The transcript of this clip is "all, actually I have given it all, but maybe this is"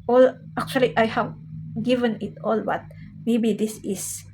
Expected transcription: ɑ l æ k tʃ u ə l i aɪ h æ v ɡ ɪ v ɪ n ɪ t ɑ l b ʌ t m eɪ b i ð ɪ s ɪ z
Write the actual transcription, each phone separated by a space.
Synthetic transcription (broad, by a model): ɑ l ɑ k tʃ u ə l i aɪ h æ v ɡ ɪ v ɪ n ɪ t ɑ l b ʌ t m eɪ b i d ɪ s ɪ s